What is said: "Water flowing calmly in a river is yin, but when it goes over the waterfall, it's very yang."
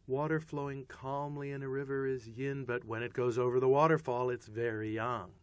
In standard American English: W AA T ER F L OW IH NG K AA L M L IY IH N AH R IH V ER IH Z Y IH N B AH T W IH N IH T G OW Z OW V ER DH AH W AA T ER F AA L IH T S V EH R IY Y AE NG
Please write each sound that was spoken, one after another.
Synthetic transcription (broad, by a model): W AA T ER F L OW IH NG K AA L M L IY IH N AH R IH V ER IH Z Y IH N B AH T W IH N IH T G OW Z OW V ER DH AH W AA T ER F AA L IH T S V EH R IY Y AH NG